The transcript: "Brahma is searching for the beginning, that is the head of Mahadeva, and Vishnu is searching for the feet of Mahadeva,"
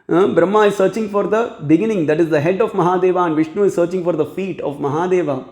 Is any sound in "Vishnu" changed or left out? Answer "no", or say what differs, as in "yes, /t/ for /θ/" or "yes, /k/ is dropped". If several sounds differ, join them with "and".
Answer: no